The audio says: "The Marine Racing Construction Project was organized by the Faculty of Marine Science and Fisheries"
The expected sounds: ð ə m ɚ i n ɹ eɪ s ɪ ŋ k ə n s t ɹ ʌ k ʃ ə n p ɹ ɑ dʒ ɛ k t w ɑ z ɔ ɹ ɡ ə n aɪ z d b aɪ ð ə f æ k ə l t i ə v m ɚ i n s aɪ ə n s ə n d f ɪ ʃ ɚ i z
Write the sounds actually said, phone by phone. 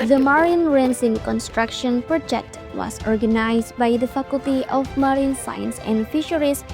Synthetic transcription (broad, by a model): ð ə m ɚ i n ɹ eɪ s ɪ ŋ k ə n s t ɹ ʌ k ʃ ə n p ɹ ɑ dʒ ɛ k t w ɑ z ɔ ɹ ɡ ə n aɪ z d b aɪ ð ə f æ k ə l t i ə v m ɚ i n s aɪ ə n s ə n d f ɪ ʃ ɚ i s